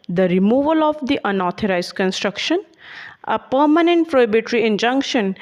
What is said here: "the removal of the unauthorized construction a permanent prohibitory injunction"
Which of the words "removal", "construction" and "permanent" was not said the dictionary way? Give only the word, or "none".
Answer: none